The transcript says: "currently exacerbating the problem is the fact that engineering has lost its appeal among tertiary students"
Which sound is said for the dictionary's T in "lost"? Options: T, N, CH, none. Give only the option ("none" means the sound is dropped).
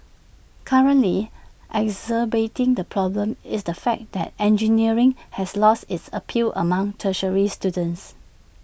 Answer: T